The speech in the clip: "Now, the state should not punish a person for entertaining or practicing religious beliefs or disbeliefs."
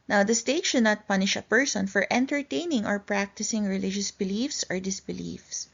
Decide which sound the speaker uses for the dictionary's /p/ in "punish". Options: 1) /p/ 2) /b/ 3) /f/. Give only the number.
1